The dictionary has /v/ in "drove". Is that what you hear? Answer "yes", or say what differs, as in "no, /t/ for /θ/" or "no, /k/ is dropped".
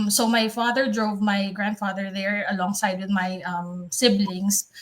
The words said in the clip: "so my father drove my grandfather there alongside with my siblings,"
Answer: yes